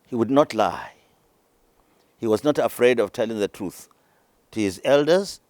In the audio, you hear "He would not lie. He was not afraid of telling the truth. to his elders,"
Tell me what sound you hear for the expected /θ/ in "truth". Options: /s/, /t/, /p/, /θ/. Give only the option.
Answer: /θ/